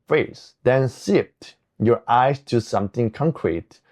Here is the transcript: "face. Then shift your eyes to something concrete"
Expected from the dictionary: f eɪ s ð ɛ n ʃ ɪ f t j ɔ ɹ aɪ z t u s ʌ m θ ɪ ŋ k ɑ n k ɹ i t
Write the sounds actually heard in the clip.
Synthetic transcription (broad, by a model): f eɪ s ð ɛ n s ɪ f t j ɔ ɹ aɪ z t u s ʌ m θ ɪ ŋ k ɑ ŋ k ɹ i t